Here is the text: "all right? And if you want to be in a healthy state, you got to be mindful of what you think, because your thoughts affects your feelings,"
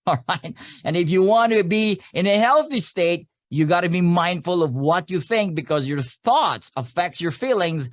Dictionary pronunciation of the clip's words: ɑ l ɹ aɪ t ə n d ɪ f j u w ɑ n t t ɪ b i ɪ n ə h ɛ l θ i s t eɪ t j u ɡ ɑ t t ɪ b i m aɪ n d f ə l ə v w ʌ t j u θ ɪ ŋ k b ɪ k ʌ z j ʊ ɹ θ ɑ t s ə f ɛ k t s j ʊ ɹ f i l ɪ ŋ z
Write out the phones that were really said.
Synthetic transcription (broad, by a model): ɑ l ɹ aɪ t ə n ɪ f j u w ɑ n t t ɪ b i ɪ n ə h ɛ l θ i s t eɪ t j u ɡ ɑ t t ɪ b i m aɪ n d f ə l ə v w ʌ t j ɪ θ ɪ ŋ k b ɪ k ʌ z j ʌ ɹ θ ɑ t s ə f ɛ k t s j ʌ ɹ f i l ɪ ŋ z